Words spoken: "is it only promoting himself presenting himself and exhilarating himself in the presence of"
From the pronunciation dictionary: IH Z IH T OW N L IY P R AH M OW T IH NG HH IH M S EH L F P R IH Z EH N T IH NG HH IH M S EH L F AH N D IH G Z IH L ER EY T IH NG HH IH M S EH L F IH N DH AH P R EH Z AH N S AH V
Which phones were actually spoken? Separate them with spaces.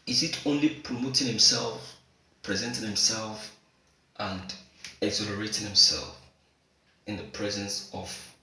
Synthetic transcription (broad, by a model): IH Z IH T OW N L IY P R AH M OW T IH NG HH IH M S EH L F P R IH Z EH N T IH NG HH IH M S EH L F AH N D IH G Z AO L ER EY T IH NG HH IH M S EH L F IH N DH AH P R EH Z AH N S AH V